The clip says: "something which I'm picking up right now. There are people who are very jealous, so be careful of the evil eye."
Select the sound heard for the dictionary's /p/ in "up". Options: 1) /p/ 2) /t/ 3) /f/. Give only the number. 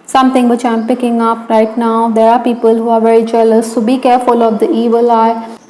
1